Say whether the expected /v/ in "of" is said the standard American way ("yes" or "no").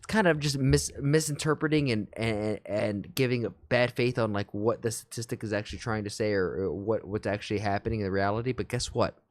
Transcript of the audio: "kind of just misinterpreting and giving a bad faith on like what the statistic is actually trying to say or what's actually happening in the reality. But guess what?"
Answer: yes